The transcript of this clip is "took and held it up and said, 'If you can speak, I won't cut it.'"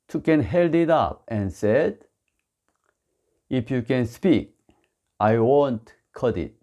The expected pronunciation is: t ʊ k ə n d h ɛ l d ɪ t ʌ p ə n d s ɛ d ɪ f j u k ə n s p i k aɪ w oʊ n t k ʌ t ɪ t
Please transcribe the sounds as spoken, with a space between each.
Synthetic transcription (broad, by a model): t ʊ k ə n h ɛ l d ɪ t ʌ p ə n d s ɛ d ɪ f j u k ə n s p i k aɪ w oʊ n t k ʌ t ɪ t